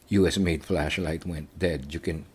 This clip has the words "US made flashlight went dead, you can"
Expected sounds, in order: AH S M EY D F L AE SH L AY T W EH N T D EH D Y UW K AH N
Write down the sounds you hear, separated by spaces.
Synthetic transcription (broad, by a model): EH S M EY D F L AE SH L AY T W EH N T D EH D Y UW K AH N